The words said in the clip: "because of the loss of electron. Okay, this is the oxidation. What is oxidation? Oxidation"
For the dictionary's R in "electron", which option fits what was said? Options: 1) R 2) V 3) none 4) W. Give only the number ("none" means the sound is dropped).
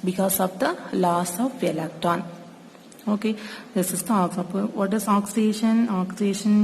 3